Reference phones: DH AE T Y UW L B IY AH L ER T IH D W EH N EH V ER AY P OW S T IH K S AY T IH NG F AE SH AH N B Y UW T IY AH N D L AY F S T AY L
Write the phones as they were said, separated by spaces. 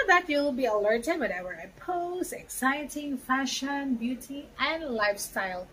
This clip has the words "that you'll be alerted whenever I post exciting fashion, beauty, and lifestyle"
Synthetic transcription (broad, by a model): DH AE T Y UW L B IY AH L ER T IH D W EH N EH W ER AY P OW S IH K S AY T IH NG F AE SH AH N B Y UW T IY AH N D L AY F S T AY L